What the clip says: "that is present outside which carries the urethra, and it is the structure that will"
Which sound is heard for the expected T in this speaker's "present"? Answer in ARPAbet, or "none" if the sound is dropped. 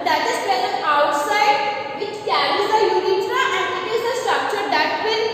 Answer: none